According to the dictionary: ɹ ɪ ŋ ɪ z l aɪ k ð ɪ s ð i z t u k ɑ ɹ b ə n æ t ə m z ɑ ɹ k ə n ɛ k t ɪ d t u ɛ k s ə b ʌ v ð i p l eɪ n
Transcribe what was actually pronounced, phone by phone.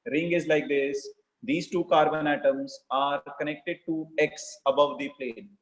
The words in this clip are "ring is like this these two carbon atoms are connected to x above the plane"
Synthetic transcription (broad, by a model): ɹ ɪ ŋ ɪ z l aɪ k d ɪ s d i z t u k ɑ ɹ b ə n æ t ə m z ɑ ɹ k ə n ɛ k t ɪ d t u ɛ k s ə b ʌ v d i p l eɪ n